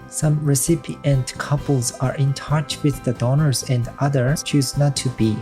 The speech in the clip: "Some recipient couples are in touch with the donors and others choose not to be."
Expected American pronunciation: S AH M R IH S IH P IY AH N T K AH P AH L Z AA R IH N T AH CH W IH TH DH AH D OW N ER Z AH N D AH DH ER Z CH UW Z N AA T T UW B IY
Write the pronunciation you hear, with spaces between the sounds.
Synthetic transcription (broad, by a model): S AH M R IH S IH P IY AH N T K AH P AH L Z AA R IH N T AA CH W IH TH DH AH D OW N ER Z AH N D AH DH ER CH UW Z N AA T T UW B IY